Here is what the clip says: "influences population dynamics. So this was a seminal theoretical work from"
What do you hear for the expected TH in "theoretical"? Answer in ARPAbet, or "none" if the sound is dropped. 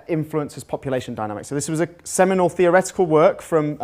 TH